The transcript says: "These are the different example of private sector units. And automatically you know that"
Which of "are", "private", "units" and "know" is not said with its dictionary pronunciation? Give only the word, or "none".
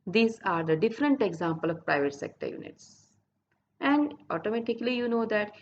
none